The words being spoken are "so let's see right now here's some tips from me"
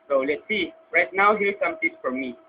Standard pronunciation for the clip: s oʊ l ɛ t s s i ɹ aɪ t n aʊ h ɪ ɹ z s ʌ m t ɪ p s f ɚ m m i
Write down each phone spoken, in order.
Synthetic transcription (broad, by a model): s oʊ l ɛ t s s i ɹ aɪ t n aʊ h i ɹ s ʌ m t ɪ s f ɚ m m i